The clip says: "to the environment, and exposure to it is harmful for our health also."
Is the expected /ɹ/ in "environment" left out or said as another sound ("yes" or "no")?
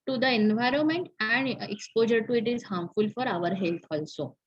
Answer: no